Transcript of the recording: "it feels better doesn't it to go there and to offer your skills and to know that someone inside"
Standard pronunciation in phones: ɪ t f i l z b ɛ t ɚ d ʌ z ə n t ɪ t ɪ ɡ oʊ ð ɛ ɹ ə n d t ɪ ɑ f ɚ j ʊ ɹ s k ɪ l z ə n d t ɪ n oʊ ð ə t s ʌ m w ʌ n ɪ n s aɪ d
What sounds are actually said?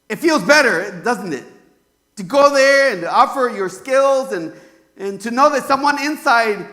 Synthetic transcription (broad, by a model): ɪ t f i l z b ɛ t ɚ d ʌ z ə n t ɪ t ɪ ɡ oʊ ð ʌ ɹ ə n t ɪ ɑ f ɚ j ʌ ɹ s k ɪ l z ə n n t ɪ n oʊ ð ə t s ʌ m w ʌ n ɪ n s aɪ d